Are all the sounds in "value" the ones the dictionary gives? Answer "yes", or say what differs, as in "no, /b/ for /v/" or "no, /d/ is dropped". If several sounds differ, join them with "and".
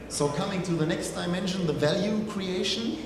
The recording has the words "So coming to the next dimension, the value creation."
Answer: yes